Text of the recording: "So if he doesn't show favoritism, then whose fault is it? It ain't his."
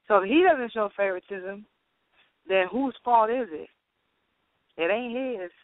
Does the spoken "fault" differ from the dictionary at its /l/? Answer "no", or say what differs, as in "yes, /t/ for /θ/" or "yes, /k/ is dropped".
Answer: yes, /l/ is dropped